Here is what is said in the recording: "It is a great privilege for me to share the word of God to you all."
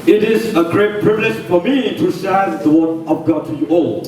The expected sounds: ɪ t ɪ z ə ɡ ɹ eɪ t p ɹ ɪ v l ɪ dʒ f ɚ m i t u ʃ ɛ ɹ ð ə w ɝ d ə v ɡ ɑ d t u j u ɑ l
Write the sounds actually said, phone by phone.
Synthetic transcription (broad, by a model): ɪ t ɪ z ə ɡ ɹ eɪ t p ɹ ɪ v l ɪ dʒ f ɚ m i t u s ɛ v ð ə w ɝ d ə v ɡ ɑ t u j u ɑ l